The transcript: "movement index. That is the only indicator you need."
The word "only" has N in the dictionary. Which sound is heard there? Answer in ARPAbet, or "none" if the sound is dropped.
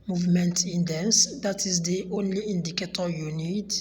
N